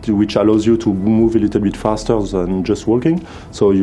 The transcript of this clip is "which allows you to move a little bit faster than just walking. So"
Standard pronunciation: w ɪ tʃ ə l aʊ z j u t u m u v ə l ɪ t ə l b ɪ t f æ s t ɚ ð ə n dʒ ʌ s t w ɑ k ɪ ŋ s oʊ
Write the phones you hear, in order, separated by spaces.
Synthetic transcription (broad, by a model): w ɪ tʃ ə l aʊ z j u t u m u v ə l ɪ t ə l b ɪ t f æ s t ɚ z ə n dʒ ʌ s t w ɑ k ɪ ŋ s oʊ